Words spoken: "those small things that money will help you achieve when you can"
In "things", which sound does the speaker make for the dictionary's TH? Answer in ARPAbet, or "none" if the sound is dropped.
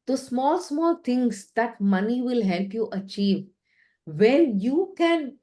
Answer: T